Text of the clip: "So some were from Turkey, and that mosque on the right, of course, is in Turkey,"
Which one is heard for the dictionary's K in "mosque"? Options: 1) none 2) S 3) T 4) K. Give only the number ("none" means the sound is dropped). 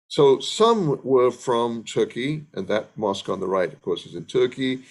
4